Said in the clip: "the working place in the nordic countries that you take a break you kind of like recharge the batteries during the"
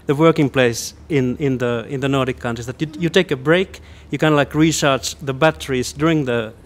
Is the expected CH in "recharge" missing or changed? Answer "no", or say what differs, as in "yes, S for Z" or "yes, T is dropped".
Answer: yes, SH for CH